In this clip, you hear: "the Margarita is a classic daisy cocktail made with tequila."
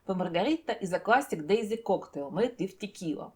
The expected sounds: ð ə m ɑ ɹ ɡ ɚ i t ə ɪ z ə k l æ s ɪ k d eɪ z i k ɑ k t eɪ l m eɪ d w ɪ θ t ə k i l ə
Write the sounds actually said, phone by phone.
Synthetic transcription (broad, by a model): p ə m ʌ ɹ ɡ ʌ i t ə ɪ z ə k l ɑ s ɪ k d eɪ z i k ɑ k t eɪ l m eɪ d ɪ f t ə k i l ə